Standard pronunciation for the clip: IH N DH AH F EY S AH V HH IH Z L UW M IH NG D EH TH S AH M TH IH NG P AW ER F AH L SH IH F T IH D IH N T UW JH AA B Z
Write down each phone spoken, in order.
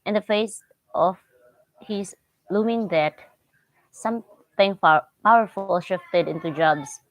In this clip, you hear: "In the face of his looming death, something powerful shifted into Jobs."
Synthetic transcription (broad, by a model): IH N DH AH F EY S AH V HH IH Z L UW M IH NG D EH T S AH M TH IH NG P AW ER F AH L SH IH F T IH D IH N T UW JH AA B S